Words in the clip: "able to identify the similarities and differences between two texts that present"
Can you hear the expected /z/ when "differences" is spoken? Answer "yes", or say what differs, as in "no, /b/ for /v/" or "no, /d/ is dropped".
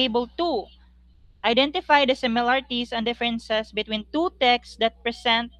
no, /s/ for /z/